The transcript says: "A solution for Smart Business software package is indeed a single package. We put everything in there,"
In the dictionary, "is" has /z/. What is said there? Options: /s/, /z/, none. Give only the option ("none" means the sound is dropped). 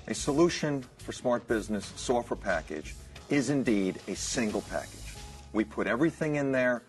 /z/